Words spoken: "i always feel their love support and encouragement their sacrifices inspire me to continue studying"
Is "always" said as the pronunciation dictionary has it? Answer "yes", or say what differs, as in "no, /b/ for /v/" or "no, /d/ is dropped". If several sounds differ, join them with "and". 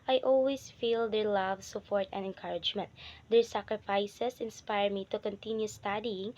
no, /s/ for /z/